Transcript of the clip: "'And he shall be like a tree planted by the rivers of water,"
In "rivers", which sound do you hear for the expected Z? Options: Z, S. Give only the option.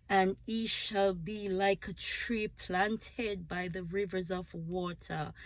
Z